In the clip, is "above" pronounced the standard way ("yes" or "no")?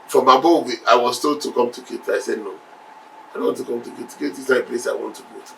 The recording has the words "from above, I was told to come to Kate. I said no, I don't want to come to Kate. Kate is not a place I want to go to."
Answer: no